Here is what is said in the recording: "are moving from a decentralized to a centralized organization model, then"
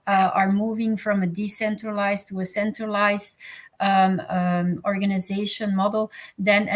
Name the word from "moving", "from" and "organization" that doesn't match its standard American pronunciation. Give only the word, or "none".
none